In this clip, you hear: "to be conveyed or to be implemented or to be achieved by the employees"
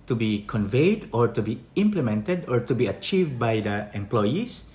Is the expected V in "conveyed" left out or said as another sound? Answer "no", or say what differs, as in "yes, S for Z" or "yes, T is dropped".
no